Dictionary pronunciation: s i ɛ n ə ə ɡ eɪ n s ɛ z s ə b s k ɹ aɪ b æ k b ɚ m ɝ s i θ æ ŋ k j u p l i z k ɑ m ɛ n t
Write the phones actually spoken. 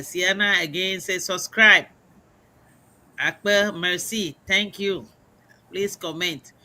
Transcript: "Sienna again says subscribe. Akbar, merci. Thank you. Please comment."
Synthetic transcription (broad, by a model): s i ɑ n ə ə ɡ eɪ n s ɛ s ə b s k ɹ aɪ b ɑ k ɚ m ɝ s i t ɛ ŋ k j u p l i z k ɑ m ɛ n t